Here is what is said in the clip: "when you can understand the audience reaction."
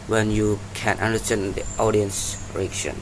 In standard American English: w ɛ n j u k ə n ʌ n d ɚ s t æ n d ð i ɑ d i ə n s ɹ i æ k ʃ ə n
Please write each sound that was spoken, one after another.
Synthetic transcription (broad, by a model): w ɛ n j u k ə n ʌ n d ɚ s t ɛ n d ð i ɑ d i ə n s ɹ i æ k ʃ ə n